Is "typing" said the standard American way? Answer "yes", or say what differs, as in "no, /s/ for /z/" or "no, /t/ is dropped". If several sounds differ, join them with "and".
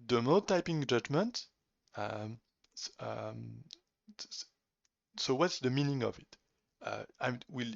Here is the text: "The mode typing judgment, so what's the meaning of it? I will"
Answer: yes